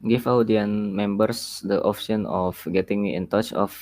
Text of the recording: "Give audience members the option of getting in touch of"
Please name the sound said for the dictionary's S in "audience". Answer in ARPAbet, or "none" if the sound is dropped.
none